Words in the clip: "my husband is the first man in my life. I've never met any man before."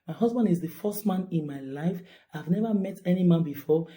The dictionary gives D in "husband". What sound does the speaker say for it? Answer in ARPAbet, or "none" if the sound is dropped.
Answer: D